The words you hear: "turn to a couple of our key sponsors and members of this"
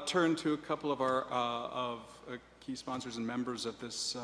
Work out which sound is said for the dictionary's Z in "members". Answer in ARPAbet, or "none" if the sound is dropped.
Z